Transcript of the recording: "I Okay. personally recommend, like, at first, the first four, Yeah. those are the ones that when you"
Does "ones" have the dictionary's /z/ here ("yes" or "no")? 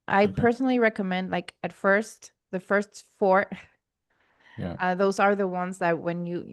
yes